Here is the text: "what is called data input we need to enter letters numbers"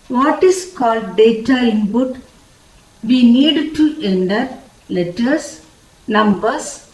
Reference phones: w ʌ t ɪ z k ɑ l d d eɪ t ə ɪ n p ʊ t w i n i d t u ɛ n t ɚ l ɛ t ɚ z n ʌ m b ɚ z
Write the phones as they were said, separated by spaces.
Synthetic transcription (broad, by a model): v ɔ t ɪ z k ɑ l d d eɪ t ə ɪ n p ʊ t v i n i d t u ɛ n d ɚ l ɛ t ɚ s n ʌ m b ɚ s